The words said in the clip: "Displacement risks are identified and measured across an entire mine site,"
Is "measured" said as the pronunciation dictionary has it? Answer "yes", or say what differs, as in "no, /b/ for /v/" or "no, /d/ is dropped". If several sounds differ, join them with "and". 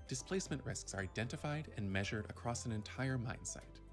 yes